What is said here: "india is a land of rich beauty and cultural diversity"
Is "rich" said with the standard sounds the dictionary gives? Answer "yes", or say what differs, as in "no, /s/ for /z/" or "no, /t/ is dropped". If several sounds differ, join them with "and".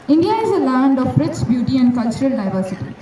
no, /s/ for /tʃ/